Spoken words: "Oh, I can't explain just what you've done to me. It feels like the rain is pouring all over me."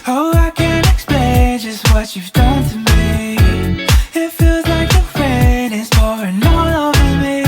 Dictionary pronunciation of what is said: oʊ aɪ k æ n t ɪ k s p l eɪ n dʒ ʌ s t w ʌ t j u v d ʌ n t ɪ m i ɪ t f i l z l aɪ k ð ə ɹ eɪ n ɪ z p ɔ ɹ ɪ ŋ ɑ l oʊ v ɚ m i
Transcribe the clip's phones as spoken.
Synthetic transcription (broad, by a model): oʊ aɪ k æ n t ɪ k s p l eɪ n dʒ ʌ s t w ʌ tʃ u v d ʌ n t ɪ m i ɪ t f i l z l aɪ k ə ɹ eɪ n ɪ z f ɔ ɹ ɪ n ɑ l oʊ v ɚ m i